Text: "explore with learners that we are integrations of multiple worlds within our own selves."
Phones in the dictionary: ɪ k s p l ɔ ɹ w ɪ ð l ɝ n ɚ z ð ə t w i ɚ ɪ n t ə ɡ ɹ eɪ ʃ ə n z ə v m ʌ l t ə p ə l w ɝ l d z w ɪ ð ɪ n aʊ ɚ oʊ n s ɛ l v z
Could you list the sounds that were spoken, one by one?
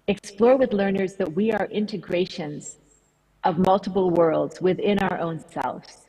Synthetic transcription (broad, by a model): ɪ k s p l ɔ ɹ w ɪ ð l ɝ n ɚ z ð ə t w i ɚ ɪ n t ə ɡ ɹ eɪ ʃ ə n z ə v m ʌ l t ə p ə l w ɝ l d z w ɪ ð ɪ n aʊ ɚ oʊ n s ɛ l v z